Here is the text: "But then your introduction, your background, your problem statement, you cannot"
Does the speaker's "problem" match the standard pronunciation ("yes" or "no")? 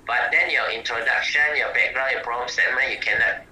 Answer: no